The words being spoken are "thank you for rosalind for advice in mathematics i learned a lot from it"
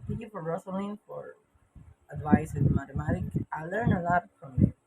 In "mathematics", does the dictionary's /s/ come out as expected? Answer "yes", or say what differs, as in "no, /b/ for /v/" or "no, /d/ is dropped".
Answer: no, /s/ is dropped